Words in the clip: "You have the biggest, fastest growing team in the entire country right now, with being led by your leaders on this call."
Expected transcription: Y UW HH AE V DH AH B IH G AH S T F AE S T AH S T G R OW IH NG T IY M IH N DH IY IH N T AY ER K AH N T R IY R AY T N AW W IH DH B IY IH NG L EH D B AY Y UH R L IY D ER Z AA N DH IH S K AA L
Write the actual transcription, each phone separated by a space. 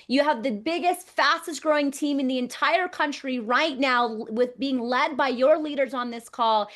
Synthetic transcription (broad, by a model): Y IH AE V DH AH B IH G AH S T F AE S T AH S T G R OW IH NG T IY M IH N DH IY IH N T AY ER K AH N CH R IY R AY T N AW W IH DH B IY IH NG L EH D B AY Y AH R L IY D ER Z N DH IH S K AA L